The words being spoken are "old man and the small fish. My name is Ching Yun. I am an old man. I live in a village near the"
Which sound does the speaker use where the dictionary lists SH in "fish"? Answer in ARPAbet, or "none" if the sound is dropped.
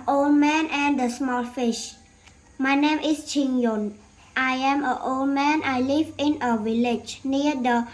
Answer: SH